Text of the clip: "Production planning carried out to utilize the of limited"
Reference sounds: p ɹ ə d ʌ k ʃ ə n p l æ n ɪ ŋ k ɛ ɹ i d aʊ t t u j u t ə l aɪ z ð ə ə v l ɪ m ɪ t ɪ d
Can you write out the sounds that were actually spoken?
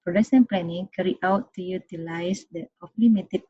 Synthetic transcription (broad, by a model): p ɹ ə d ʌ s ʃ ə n p l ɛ n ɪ ŋ k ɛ ɹ i aʊ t t u j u t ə l aɪ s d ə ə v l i m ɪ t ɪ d